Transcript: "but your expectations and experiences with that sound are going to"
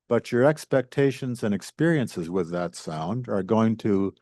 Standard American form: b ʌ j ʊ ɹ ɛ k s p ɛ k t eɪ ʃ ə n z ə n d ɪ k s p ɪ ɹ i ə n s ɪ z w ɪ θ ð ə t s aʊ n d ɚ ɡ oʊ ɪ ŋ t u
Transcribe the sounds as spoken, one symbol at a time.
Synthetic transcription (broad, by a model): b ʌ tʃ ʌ ɹ ɛ k s p ɛ k t eɪ ʃ ə n z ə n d ɪ k s p ɪ ɹ i ə n s ɪ z w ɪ ð ə t s aʊ n d ɚ ɡ oʊ ɪ ŋ t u